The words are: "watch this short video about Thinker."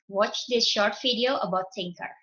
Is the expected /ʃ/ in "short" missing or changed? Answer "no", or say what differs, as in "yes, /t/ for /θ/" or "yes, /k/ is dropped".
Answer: no